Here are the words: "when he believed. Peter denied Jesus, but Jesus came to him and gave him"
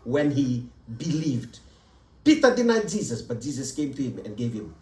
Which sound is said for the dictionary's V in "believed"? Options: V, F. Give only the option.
V